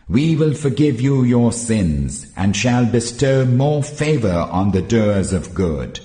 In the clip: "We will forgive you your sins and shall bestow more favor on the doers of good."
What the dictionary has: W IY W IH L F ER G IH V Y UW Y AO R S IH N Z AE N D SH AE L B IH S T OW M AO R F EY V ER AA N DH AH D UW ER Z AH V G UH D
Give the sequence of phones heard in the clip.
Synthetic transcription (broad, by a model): W IY W IH L F ER G IH V Y UW Y AO R S IH N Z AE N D SH AE L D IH S T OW M AO R F EY V ER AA N DH AH D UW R Z AH V G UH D